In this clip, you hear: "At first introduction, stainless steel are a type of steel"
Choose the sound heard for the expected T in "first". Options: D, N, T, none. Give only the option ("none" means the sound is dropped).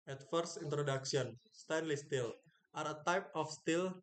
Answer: none